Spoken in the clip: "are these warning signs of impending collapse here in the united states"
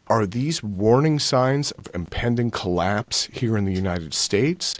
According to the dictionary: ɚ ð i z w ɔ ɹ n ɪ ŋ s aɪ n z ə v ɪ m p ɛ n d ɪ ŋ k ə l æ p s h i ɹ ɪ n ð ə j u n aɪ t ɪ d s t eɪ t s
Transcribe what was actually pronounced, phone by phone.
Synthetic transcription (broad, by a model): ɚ ð i z w ɔ ɹ n ɪ ŋ s aɪ n z ə v ɪ m p ɛ n d ɪ ŋ k ə l æ p s h i ɹ ɪ n ð ə j u n aɪ t ɪ d s t eɪ t s